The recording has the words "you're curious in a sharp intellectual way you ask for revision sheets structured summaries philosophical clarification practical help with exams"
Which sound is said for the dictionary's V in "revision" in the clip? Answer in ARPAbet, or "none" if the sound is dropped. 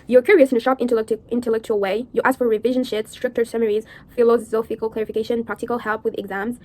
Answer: V